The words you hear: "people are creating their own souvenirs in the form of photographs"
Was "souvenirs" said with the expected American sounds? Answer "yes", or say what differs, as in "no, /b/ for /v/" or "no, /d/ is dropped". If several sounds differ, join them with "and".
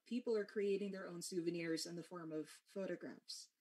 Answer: yes